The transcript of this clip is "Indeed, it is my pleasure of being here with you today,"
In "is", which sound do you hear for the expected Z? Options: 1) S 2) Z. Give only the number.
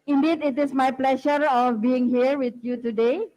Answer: 1